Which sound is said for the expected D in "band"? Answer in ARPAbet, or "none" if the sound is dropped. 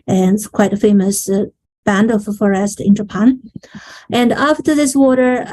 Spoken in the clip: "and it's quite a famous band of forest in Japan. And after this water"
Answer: D